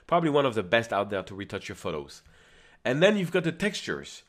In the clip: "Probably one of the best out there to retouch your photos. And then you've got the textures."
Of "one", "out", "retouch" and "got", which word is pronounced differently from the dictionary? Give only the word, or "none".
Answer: none